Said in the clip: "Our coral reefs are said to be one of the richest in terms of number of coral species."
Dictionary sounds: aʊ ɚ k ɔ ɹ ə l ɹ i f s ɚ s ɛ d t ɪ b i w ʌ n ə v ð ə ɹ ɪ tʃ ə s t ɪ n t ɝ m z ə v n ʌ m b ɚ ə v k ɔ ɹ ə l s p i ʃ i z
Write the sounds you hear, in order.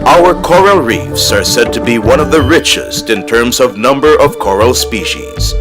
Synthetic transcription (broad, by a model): aʊ ɚ k ɔ ɹ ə l ɹ i f s ɚ s ɛ d t ɪ b i w ʌ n ə v ð ə ɹ ɪ tʃ ə s t ɪ n t ɝ m z ə v n ʌ m b ɚ ə v k ɔ ɹ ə l s p i ʃ i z